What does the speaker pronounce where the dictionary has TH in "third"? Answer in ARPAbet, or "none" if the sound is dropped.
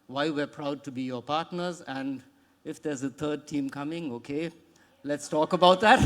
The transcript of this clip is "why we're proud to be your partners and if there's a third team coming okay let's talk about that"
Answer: T